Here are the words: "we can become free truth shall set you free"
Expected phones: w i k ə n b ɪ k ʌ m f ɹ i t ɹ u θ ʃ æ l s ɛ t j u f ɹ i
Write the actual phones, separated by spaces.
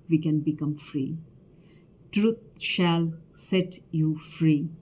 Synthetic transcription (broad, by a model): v i k ə n b ɪ k ʌ m f ɹ i t ɹ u t ʃ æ l s ɛ t j u f ɹ i